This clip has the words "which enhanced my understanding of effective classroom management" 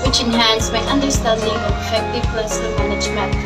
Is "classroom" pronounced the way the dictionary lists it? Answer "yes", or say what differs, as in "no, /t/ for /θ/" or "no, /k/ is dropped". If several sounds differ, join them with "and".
no, /ɹ/ is dropped